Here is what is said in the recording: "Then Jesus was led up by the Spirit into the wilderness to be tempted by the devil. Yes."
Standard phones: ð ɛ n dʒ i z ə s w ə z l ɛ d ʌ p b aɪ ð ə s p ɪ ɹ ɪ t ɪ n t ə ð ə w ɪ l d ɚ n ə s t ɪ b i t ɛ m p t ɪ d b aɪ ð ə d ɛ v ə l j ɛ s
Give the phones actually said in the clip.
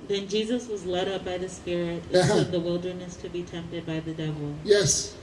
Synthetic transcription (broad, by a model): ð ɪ n dʒ i z ə s w ə z l ɛ d ʌ p b aɪ ð ə s p ɪ ɹ ɪ t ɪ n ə ð ə w ɪ l d ɚ n ə s t ɪ b i t ɛ m p t ɪ d b aɪ ð ə d ɛ v l j ɛ s